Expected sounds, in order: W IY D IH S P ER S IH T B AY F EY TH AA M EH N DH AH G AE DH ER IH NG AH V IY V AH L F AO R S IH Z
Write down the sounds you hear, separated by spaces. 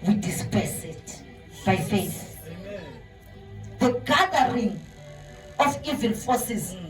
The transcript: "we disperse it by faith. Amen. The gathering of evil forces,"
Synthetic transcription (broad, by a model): W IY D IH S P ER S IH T B AY F EY TH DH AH G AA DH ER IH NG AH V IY V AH N F AO S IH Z